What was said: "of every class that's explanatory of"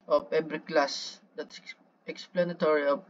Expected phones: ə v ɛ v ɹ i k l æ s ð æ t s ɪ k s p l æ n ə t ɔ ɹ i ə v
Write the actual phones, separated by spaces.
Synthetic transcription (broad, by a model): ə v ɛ b ɹ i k l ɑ s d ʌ t s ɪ k s p l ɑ n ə t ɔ ɹ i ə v